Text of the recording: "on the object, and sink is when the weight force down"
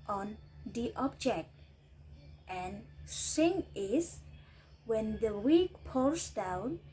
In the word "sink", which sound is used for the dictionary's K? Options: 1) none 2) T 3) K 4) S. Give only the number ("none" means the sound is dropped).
1